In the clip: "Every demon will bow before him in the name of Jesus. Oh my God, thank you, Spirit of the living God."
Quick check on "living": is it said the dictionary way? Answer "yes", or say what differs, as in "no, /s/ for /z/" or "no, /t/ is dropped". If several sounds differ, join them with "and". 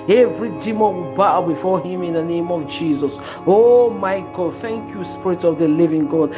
yes